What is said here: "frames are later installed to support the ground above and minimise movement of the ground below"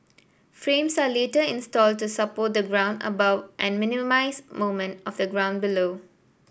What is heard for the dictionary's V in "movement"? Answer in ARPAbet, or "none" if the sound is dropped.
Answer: none